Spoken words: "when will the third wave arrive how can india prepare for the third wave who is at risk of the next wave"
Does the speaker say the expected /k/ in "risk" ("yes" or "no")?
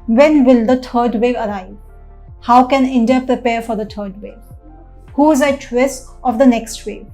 no